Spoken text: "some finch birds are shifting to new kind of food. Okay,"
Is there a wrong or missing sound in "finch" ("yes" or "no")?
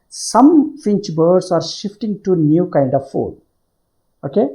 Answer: no